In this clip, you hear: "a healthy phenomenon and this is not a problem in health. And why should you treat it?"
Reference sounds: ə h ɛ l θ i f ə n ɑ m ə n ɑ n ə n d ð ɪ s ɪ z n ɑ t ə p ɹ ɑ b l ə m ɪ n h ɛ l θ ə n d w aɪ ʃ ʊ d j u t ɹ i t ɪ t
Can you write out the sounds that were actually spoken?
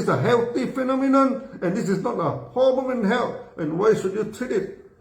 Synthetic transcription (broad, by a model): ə h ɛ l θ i f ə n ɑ m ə n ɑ n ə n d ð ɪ s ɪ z n ɑ t ə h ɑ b ə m ɪ n h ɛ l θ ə n w aɪ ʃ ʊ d j u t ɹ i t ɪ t